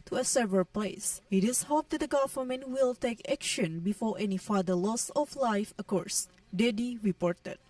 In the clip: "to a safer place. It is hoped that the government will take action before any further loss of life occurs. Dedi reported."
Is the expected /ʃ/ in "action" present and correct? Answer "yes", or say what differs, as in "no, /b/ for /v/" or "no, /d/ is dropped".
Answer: yes